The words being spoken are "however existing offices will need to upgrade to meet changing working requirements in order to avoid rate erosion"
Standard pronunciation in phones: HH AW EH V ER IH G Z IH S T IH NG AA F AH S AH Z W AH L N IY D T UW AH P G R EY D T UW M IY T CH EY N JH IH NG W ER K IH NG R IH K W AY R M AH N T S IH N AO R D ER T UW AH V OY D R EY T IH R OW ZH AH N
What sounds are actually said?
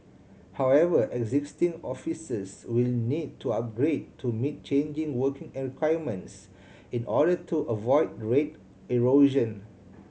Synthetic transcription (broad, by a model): HH AW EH V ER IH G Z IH S T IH NG AA F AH S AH S W AH L N IY D T UW AH P G R EY D T UW M IY T CH EY N JH IH NG W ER K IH NG R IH K W AY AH M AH N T S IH N AO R D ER T UW AH V OY D R EY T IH R OW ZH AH N